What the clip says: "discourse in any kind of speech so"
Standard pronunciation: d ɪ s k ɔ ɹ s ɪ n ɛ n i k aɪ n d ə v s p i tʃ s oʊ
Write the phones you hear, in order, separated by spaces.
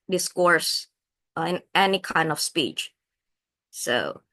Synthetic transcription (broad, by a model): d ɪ s k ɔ ɹ s ɪ n ɛ n i k aɪ n d ə v s p i tʃ s oʊ